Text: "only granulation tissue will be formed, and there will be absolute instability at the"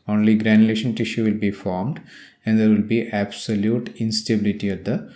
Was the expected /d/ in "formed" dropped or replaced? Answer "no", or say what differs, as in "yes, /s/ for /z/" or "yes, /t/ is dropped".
no